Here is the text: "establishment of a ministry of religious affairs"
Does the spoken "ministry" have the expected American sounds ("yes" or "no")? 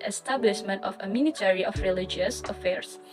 no